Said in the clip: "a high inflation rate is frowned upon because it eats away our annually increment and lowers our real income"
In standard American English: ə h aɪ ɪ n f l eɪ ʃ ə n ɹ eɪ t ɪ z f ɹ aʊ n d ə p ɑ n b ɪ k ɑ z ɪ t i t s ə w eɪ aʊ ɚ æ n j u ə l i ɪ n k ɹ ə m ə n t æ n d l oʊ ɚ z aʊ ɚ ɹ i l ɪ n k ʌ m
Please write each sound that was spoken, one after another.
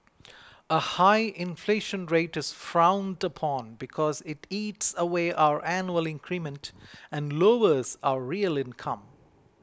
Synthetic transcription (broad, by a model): ə h aɪ ɪ n f l eɪ ʃ ə n ɹ eɪ t ɪ z f ɹ aʊ n d ə p ɑ n b ɪ k ɑ z ɪ t i t s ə w eɪ aʊ ɚ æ n j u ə l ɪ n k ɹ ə m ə n t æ n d l oʊ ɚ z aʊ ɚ ɹ i l ɪ n k ʌ m